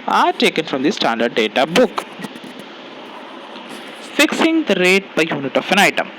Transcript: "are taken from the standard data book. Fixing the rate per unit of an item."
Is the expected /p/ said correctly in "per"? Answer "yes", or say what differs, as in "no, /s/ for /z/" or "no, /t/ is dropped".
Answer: no, /b/ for /p/